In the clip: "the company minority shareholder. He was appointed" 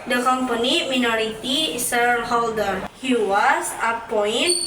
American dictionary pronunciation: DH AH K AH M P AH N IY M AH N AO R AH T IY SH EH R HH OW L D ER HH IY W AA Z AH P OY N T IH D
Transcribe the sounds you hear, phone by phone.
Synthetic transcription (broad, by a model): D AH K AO M P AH N IY M AH N AO R AH T IY S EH R HH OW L D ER HH IY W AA S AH P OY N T